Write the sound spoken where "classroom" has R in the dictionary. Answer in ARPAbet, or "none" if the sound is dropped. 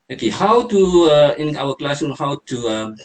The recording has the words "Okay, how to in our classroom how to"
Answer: none